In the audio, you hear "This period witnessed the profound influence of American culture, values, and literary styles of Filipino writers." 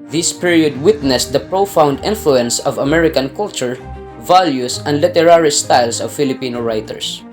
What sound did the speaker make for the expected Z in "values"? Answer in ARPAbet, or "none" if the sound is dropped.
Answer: S